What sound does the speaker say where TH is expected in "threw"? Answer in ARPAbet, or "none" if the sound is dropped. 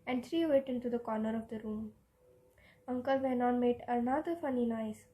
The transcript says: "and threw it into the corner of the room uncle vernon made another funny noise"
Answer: T